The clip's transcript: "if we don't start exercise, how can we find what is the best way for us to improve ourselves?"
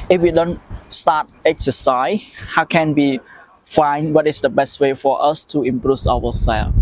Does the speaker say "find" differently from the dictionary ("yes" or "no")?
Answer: no